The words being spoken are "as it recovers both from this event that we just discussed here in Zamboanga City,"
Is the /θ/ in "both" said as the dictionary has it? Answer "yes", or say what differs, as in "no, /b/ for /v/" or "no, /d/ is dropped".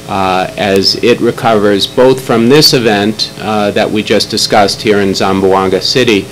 yes